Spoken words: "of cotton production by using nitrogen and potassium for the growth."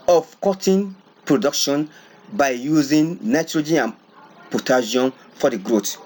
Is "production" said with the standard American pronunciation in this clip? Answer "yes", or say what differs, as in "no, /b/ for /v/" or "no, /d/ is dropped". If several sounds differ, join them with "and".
yes